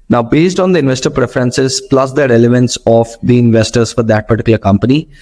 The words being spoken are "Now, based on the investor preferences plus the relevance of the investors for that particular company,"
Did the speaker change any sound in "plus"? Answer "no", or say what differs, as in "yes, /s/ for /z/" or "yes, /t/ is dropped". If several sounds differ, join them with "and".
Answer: no